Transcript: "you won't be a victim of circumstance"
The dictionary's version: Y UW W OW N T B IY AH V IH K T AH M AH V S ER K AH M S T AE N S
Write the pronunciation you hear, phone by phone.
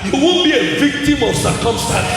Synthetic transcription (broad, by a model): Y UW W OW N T B IY AH V IH K T AH M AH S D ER K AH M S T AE